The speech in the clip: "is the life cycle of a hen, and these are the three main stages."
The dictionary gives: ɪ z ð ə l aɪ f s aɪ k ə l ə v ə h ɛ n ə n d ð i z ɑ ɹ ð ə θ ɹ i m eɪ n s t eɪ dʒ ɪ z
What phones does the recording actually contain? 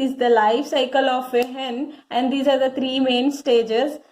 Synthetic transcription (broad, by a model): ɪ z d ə l aɪ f s aɪ k ə l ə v ə h ɛ n ə n d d i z ɑ ɹ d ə t ɹ i m eɪ n s t eɪ dʒ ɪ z